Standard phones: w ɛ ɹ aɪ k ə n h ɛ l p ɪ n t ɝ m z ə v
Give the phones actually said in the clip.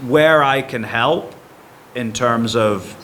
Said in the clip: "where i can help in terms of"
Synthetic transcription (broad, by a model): w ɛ ɹ aɪ k ə n h ɛ l p ɪ n t ɝ m z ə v